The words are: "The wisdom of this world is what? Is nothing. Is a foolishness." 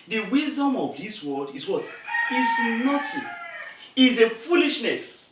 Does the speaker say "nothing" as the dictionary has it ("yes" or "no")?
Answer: no